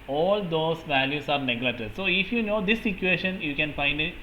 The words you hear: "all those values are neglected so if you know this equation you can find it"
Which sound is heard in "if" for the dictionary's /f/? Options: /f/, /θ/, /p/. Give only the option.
/f/